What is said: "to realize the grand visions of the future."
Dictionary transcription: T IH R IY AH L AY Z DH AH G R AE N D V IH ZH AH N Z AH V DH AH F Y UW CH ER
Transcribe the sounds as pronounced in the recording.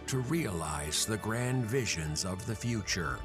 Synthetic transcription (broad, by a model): T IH R IY AH L AY Z DH AH G R AE N D V IH ZH AH N Z AH V DH AH F Y UW CH ER